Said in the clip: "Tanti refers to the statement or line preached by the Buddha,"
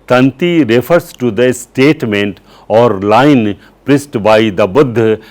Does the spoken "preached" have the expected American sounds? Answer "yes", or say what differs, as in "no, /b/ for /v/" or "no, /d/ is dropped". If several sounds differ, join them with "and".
no, /s/ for /tʃ/